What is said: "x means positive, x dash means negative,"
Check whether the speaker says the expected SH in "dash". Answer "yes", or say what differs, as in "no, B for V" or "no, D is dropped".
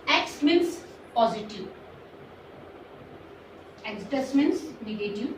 no, S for SH